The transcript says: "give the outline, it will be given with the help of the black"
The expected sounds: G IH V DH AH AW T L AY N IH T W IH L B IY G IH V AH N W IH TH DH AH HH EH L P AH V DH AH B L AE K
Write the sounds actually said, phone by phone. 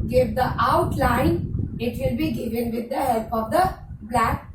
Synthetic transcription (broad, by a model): G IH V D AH AW T L AY N IH T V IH L B IY G IH V AH N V IH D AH HH EH L P AH V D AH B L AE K